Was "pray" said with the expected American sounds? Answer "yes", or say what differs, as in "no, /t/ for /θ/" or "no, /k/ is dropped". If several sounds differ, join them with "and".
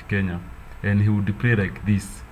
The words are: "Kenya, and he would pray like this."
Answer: no, /l/ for /ɹ/